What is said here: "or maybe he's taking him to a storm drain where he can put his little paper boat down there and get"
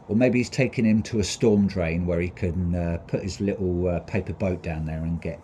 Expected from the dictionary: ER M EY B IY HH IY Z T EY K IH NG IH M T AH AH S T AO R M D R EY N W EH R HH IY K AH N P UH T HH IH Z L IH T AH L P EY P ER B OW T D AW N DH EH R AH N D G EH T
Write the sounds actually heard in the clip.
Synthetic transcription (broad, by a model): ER M EY B IY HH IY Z T EY K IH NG IH M T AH AH S T AO M D R EY N W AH R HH IY K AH N P UH T HH IH Z L IH T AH P EY P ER B OW T D AW N DH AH R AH N G EH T